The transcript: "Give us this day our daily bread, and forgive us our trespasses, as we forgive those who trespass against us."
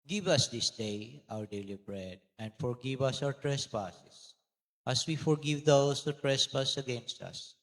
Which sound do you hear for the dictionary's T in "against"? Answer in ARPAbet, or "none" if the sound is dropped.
T